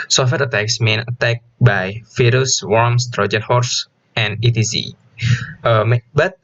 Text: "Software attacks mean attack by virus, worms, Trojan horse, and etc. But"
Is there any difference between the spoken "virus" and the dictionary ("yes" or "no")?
yes